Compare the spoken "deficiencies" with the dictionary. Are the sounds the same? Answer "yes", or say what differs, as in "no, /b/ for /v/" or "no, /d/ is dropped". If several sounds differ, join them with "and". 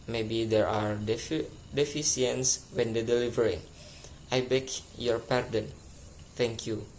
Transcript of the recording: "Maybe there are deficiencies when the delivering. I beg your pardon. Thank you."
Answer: no, /s/ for /ʃ/